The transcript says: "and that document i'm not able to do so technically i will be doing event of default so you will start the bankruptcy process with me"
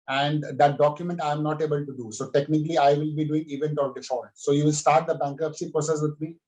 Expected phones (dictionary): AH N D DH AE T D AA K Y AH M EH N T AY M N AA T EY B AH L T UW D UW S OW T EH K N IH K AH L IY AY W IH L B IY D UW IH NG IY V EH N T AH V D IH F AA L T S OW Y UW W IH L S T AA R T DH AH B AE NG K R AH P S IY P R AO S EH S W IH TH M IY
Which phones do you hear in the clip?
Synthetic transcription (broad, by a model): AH N D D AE T D AA K Y AH M EH N T AY M N AA T EY B AH L T UW D UW S OW T EH K N IH K AH L IY AY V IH L B IY D UW IH NG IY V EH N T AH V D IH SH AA T S OW Y UW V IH L S T AA R T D AH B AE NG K AH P S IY P R AO S EH S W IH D M IY